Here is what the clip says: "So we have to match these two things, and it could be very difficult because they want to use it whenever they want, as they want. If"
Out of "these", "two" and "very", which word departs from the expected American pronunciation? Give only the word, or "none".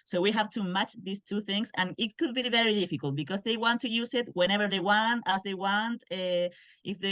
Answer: these